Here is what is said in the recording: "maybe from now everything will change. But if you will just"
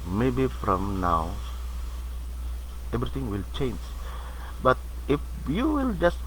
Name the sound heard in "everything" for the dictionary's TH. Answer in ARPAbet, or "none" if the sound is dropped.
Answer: T